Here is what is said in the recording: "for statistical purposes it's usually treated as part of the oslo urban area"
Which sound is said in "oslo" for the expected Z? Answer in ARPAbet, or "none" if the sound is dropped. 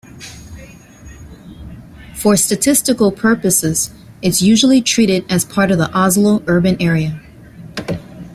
Z